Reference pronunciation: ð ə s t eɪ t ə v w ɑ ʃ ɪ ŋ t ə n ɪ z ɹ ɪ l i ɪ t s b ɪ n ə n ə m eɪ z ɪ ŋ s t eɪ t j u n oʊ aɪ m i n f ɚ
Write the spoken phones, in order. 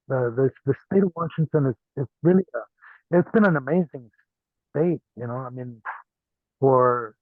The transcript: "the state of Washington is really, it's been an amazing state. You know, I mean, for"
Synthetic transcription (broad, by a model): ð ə s t eɪ t ə v w ɑ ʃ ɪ ŋ t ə n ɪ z ɹ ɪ l i ɪ t s b ɪ n ə n ə m eɪ z ɪ ŋ s t eɪ t j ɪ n oʊ aɪ m i n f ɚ